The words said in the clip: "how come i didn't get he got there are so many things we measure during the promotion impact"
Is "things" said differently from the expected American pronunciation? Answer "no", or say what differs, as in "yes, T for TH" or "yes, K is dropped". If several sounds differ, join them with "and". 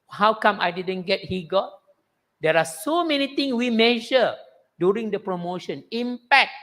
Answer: yes, T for TH and S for Z